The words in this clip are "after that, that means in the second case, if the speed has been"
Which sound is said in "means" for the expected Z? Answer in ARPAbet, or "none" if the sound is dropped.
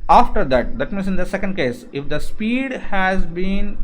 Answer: S